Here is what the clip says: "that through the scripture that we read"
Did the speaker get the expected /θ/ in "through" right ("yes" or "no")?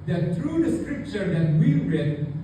no